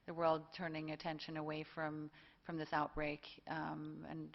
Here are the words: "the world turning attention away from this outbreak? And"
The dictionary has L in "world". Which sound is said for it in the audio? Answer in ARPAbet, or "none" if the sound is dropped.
L